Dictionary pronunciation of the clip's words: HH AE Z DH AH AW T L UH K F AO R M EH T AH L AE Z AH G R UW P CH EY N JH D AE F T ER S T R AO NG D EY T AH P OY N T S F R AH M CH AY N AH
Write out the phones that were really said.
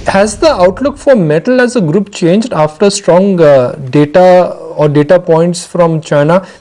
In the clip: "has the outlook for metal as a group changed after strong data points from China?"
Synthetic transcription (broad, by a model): HH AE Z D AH AW T L UH K F AO R M EH T AH L AE Z AH G R UW P CH EY N JH D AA F T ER S T R AO NG D EY T AH P OY N T S F R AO M CH AY N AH